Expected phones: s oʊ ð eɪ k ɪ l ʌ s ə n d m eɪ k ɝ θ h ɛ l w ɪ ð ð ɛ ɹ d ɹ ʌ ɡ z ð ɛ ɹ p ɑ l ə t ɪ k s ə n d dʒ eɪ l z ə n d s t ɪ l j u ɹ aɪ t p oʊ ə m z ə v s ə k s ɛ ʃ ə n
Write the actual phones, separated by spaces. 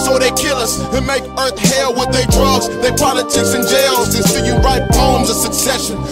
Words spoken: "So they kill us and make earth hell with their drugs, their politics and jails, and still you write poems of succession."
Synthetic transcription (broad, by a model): s oʊ ð eɪ k ɪ l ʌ s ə m eɪ k ɝ θ h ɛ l w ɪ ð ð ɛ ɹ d ɹ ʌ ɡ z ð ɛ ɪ p ɑ l ə t ɪ k s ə n dʒ eɪ l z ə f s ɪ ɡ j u ɹ aɪ t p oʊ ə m z ə v s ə k s ɛ ʃ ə n